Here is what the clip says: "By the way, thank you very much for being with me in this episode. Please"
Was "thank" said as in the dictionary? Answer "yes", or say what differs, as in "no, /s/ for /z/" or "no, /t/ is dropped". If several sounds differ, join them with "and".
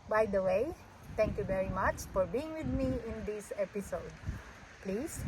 no, /t/ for /θ/